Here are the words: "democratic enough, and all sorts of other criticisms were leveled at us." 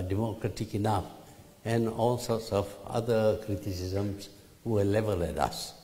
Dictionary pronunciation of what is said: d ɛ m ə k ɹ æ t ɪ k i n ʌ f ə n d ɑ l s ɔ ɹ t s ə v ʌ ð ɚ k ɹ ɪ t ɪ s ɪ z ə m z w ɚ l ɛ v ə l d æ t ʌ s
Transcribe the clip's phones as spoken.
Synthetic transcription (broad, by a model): d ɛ m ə k ɹ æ t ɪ k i n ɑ f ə n ɑ l s ɔ t s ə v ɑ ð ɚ k ɹ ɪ t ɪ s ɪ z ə m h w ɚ l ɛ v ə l ɛ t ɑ s